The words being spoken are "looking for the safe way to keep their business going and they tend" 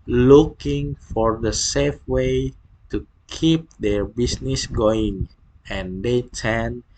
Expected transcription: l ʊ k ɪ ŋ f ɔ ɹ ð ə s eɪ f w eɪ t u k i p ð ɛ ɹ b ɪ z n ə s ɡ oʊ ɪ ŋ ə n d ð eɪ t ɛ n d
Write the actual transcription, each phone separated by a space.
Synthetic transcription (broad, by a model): l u k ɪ ŋ f ɔ ɹ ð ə s eɪ f w eɪ t u k i p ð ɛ ɹ b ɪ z n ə s ɡ oʊ ɪ ŋ ə n d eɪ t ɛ n